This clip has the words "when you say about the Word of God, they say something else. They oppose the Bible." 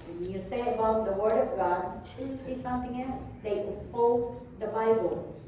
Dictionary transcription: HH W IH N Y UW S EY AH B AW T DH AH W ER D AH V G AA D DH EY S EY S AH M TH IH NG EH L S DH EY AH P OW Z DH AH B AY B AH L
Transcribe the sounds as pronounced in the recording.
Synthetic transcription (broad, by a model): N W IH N Y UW S EY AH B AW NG DH AH W ER D AH V G AA D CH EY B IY S AH M TH IH NG EH L S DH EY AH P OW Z DH AH B AY B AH L